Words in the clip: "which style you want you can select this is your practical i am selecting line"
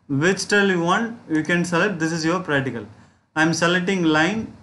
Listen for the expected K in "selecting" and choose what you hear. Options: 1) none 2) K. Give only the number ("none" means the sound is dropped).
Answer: 1